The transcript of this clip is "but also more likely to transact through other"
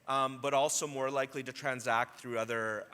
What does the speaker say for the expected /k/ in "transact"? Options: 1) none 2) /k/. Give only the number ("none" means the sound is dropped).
2